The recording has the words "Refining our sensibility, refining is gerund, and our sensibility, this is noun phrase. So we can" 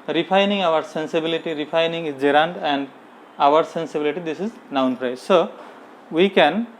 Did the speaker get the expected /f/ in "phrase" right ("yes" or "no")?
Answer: no